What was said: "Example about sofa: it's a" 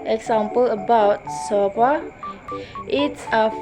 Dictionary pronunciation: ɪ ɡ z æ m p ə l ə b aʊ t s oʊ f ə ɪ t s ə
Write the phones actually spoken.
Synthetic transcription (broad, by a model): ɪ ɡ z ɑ m p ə l ə b aʊ t s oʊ p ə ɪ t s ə